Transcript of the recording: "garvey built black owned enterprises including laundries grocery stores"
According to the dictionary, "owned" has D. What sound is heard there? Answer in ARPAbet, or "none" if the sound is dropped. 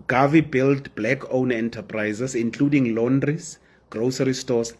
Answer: none